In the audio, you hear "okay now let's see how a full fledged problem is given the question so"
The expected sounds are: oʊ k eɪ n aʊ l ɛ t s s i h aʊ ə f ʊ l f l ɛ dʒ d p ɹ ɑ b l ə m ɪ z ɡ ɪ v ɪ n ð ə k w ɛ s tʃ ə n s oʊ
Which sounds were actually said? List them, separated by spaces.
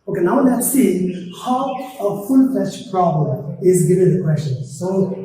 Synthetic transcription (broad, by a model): oʊ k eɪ n aʊ w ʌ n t s i h aʊ ə f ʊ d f ɛ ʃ p ɹ ɑ b l ə m ɪ z ɡ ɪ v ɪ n ð ə k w ɛ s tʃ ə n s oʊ